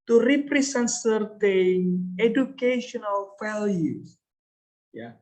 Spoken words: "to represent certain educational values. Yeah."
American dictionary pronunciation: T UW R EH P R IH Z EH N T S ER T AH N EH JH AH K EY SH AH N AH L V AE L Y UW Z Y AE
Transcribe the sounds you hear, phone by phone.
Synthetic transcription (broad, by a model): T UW R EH P R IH S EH N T S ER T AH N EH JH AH K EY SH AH N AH L F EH L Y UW Y